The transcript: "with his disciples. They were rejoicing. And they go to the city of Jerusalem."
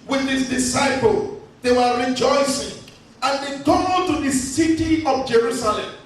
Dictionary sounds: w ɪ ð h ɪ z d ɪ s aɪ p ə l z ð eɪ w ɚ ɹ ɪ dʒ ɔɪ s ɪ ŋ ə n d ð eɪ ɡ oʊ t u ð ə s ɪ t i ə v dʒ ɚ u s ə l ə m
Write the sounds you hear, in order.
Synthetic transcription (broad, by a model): w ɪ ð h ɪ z d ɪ s aɪ p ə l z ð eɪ w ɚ ɹ ɪ dʒ ɔɪ s ɪ ŋ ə n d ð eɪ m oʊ t u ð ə s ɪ t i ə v dʒ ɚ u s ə l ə m